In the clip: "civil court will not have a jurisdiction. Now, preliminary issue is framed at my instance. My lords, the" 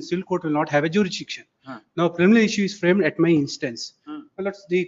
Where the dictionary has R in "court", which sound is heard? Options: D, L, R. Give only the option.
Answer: R